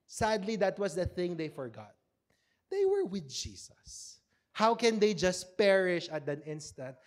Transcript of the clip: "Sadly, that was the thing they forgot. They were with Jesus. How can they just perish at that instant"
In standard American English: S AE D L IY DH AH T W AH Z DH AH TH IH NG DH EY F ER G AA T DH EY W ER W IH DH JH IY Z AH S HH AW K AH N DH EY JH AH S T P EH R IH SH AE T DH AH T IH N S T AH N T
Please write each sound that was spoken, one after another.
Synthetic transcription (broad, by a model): S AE D L IY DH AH T W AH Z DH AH TH IH NG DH EY F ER G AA T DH EY W ER W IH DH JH IY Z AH S HH AW K AH N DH EY JH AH S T P EH R IH SH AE T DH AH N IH N S T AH N T